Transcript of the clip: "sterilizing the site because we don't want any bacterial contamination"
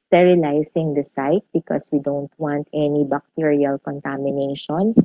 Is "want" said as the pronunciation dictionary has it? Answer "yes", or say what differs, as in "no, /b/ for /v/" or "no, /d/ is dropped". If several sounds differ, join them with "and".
yes